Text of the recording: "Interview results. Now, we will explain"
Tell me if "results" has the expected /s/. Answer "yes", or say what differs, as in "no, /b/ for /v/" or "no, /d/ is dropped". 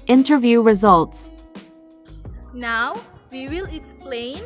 yes